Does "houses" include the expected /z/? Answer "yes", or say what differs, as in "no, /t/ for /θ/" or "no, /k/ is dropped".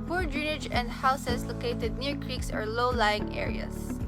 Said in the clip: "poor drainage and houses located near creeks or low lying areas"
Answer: no, /s/ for /z/